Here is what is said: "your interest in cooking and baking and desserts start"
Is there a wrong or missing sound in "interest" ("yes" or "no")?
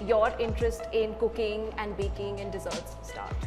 no